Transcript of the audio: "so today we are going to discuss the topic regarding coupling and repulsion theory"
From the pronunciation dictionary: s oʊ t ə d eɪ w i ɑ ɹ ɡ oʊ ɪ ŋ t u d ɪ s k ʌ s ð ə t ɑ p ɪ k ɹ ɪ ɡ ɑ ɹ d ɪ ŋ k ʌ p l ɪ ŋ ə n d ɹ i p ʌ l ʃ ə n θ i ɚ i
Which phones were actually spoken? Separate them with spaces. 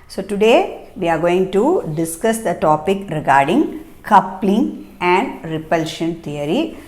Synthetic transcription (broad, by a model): s oʊ t ə d eɪ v i ɑ ɹ ɡ oʊ ɪ ŋ t u d ɪ s k ʌ s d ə t ɑ p ɪ k ɹ ɪ ɡ ɑ ɹ d ɪ ŋ k ʌ p l ɪ ŋ ə n d ɹ i p ʌ l ʃ ə n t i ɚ i